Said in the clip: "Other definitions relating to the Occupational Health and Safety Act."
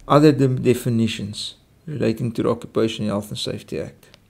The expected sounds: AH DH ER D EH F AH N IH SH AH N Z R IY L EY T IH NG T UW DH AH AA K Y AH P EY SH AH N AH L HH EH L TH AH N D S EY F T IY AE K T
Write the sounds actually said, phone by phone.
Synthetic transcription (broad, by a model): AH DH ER D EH F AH N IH SH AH N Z R IY L EY T IH NG T UW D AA K Y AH P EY SH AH N HH EH L TH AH N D S EY F T IY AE K T